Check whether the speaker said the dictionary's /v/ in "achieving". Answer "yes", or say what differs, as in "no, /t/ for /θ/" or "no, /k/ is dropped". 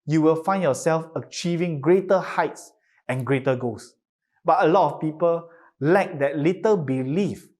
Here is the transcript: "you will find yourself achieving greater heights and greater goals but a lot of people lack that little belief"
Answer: yes